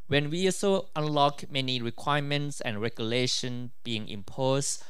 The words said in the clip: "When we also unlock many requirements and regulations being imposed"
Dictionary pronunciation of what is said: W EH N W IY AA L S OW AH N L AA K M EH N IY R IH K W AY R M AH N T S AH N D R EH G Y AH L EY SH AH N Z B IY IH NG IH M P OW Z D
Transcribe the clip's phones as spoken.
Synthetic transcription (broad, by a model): W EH N W IY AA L S OW AH N L AA K M EH N IY R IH K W AY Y M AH N T S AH N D R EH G Y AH L EY SH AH N B IY IH NG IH M P OW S